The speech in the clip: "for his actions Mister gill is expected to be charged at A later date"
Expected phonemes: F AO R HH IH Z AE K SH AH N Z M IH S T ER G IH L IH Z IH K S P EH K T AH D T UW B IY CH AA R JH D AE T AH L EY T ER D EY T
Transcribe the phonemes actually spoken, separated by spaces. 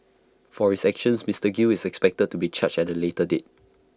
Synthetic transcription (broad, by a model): F AO R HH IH S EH K SH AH N S M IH S T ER G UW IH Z IH K S P EH K T AH D T UW B IY CH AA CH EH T AH L EY T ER D EY T